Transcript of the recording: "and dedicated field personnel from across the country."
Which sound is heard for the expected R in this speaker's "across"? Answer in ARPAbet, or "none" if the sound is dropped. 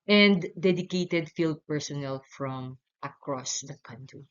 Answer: R